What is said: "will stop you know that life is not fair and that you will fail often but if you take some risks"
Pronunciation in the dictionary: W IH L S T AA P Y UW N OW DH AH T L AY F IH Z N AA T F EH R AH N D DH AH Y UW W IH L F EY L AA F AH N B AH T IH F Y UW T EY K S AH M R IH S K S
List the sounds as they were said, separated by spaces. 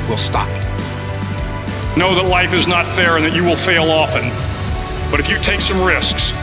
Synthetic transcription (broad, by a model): W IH L S T AA P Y N OW DH AH T L AY F IH Z N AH T F EH R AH N DH AH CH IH W IH L F EY L AA F AH N B AH T IH F Y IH T EY K S AH M R IH S K S